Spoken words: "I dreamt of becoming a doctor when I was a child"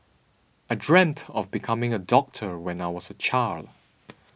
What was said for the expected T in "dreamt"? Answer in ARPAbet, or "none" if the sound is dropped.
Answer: T